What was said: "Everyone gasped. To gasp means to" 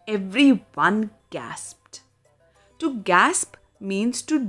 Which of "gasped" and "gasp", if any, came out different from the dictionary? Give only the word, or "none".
none